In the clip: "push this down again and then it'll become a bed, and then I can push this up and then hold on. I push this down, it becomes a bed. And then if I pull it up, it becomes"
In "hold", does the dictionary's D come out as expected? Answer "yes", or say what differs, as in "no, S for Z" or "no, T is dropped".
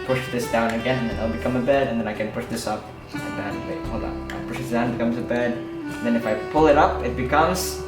no, D is dropped